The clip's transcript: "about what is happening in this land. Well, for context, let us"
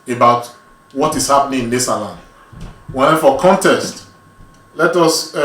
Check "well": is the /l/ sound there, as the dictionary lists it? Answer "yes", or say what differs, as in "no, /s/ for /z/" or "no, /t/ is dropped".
no, /n/ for /l/